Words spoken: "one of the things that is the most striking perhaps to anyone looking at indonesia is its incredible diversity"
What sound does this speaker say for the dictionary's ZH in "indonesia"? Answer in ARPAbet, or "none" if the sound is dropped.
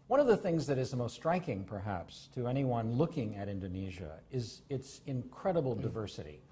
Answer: ZH